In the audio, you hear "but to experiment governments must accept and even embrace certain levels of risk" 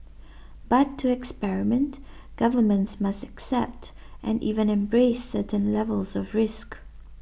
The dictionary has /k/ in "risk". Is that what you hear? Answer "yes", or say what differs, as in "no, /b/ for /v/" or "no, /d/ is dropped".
yes